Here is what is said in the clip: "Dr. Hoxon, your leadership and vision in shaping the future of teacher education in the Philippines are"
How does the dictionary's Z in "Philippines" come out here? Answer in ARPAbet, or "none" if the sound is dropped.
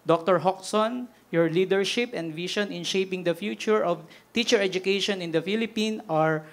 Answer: none